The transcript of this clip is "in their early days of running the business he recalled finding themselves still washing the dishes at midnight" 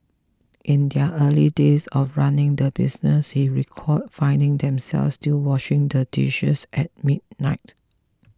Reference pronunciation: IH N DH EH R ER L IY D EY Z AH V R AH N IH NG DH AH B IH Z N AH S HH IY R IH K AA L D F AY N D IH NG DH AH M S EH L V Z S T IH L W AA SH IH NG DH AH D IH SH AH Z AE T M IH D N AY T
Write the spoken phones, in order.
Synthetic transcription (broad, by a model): IH N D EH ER L IY D EY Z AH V R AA N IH NG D AH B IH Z N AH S HH IY R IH K AA D F AY N D IH NG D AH M S EH L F S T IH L W AA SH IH NG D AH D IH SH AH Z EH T M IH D N AY T